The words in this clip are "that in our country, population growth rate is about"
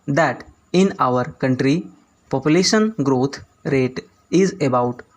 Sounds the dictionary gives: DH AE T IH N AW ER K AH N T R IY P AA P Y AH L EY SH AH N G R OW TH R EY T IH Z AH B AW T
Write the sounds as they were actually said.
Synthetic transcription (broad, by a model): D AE T IH N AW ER K AH N T R IY P AA P Y AH L EY SH AH N G R OW T R EY T IH Z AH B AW T